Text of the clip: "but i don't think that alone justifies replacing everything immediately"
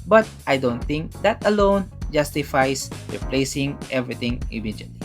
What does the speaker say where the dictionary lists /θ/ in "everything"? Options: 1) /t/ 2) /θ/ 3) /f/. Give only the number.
1